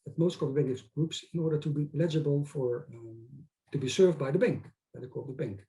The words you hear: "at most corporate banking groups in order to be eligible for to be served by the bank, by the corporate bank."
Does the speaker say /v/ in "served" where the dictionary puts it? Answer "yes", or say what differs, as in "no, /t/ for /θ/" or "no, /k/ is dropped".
yes